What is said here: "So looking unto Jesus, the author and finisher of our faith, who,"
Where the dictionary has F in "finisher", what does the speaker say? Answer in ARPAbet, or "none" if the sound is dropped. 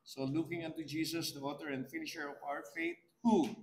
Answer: F